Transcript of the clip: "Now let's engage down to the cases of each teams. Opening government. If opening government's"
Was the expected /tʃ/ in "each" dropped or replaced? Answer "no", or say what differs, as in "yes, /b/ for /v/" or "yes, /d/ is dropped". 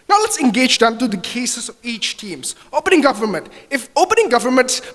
no